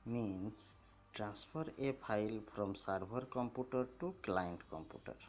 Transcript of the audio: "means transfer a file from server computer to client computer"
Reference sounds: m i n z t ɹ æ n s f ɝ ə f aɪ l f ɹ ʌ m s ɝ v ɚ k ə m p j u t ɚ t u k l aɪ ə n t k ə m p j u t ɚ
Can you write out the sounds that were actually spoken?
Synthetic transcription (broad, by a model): m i n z t ɹ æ n s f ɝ ə p aɪ l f ɹ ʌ m s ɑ b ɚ k ə m p j u t ɚ t u k l aɪ ə n t k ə m p j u t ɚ